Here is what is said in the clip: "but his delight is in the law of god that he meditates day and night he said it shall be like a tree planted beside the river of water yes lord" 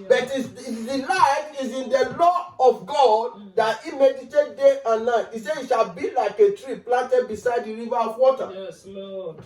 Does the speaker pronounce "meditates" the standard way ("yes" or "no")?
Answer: no